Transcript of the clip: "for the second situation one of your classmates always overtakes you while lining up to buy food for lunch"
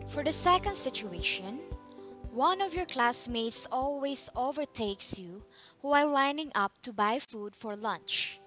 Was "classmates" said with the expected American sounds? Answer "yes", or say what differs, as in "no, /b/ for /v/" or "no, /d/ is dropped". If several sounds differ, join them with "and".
yes